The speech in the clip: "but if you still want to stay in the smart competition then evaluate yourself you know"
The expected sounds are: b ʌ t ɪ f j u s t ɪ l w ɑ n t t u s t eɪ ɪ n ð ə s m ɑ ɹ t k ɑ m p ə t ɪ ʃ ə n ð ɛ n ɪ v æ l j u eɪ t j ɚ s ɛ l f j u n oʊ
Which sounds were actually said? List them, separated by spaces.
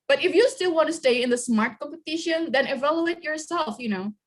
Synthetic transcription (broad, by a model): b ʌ t ɪ f j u s t ɪ l w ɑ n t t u s t eɪ ɪ n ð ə s m ɑ ɹ t k ɑ m p ə t ɪ ʃ ə n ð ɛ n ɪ v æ l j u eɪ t j ɚ s ɛ l f j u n oʊ